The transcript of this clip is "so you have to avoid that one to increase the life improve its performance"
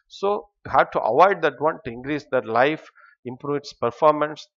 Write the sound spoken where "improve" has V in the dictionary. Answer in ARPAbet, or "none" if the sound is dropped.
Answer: none